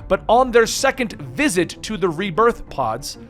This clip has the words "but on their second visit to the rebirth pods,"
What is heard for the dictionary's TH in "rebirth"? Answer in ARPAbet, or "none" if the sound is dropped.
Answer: TH